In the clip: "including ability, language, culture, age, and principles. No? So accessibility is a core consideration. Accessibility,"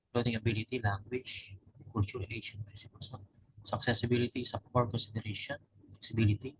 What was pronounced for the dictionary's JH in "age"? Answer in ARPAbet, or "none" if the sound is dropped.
SH